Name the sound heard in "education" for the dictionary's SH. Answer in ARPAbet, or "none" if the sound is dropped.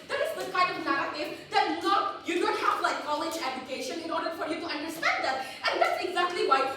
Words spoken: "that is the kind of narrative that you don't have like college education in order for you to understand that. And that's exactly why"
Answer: SH